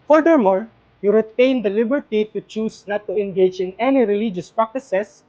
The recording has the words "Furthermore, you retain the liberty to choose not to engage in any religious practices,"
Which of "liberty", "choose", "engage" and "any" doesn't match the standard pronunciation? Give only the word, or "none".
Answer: choose